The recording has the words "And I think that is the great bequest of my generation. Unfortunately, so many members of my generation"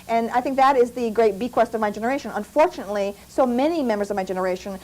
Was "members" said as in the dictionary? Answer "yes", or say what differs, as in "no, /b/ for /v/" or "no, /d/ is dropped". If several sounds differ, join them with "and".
yes